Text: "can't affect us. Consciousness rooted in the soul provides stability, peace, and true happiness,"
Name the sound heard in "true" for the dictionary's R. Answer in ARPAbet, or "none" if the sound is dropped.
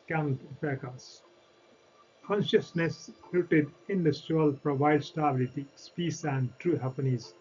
R